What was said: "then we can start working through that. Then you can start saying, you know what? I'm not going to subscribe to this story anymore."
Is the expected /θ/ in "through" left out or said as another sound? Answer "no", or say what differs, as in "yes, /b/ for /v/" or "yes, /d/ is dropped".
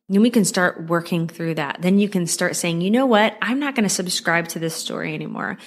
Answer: no